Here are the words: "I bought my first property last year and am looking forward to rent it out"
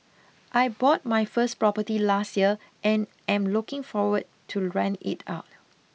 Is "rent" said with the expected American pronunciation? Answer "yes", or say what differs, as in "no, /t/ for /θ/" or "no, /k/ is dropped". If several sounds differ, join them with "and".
no, /t/ is dropped